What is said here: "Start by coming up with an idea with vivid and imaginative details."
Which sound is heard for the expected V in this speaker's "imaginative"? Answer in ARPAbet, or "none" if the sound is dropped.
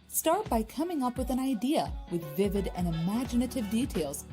V